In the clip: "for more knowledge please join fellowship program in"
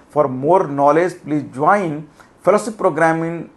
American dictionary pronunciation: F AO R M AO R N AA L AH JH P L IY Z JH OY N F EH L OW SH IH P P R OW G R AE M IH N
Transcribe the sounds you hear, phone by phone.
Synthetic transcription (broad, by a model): F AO R M AO R N AA L AH JH P L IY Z JH OY N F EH L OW S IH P P R OW G R AE M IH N